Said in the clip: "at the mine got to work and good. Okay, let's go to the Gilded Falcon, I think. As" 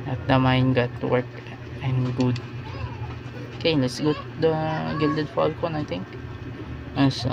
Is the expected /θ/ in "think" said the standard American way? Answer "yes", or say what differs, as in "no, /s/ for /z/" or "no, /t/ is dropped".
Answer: no, /t/ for /θ/